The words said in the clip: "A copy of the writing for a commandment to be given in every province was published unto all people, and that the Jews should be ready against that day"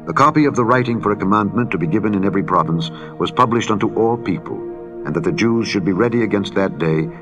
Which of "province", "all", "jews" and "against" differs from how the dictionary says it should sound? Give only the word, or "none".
none